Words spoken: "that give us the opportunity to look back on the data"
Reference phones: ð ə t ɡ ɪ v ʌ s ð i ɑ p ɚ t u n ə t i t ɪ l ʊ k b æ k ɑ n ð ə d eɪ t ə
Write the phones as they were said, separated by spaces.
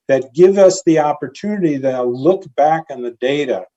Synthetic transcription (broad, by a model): ð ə t ɡ ɪ v ʌ s ð i ɑ p ɚ t u n ə t i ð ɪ l ʊ k b æ k n ð ə d eɪ t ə